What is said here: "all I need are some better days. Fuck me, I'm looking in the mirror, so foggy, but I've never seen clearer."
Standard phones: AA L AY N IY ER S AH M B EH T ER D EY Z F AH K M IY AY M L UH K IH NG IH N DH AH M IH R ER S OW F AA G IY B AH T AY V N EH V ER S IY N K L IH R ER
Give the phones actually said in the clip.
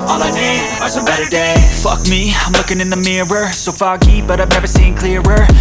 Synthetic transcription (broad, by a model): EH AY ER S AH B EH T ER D EY F AH K M IY AY M L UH K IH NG IH N DH AH M IH R ER S OW F AA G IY B AH T AY V N EH V ER S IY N K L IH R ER